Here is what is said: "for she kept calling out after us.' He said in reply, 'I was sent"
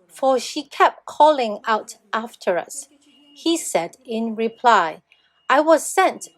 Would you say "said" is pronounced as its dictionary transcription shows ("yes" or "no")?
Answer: yes